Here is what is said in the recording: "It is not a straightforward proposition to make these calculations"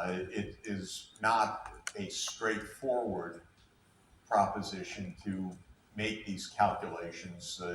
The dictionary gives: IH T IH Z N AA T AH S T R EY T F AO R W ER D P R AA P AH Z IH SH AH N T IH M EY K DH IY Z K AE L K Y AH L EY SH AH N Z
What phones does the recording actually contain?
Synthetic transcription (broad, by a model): IH T IH Z N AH T AH S T R EY T F AO R W ER D P R AA P AH Z IH SH AH N T IH M EY K DH IY Z K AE L K Y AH L EY SH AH N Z